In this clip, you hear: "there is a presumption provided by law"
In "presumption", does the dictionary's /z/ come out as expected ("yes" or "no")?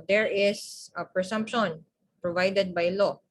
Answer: no